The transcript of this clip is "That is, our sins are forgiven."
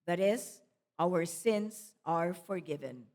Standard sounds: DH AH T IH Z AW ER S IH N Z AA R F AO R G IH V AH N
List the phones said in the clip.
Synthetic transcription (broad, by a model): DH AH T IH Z AW ER S IH N Z AA R F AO R G IH V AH N